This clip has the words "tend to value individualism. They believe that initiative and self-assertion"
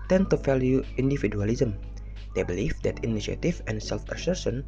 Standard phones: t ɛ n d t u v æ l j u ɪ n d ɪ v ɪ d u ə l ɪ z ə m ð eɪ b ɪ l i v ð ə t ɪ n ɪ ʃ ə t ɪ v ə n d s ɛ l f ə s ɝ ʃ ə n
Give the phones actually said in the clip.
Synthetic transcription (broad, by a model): t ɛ n t u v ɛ l j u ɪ n d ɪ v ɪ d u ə l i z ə m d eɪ b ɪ l i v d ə t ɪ n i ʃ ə t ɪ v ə n s ɛ l f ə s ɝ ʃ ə n